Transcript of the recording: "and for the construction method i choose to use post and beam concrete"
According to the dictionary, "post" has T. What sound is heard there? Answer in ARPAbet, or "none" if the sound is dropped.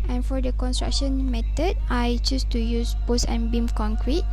none